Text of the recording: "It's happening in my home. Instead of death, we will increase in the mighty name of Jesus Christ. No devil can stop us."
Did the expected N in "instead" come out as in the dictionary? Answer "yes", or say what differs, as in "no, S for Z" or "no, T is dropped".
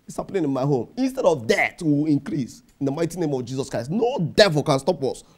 yes